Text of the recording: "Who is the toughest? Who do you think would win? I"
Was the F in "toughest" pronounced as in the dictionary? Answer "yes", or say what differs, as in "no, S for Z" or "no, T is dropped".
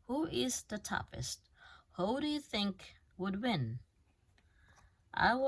no, P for F